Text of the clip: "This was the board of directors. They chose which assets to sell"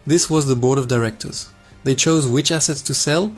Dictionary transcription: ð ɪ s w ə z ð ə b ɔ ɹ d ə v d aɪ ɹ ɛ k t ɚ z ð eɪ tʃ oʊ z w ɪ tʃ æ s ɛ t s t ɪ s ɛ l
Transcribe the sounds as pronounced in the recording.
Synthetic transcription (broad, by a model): ð ɪ s w ə z ð ə b ɔ ɹ d ə v d aɪ ɹ ɛ k t ɚ z ð eɪ tʃ oʊ z w ɪ tʃ æ s ɛ t s t ɪ s ɛ l